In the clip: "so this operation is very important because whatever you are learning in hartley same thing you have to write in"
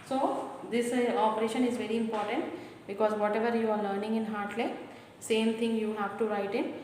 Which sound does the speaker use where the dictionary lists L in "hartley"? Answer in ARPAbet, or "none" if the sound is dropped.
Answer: L